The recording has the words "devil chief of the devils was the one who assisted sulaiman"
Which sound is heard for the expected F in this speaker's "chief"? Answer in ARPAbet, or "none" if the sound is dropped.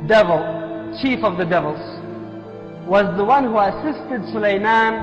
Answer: F